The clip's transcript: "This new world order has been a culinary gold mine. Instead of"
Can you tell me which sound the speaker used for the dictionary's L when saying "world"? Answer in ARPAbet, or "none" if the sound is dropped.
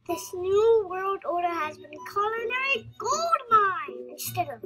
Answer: L